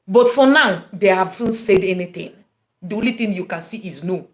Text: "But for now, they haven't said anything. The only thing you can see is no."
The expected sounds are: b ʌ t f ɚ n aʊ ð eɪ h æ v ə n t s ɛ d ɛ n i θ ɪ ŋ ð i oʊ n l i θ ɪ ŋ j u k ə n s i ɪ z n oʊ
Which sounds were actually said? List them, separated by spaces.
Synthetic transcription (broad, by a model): b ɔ t f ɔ n aʊ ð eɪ h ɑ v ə n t s ɛ d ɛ n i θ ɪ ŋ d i oʊ n l i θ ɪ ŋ j u k ə n s i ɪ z n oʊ